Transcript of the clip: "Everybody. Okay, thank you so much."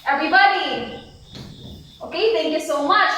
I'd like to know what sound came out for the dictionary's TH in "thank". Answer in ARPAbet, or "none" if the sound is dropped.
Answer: T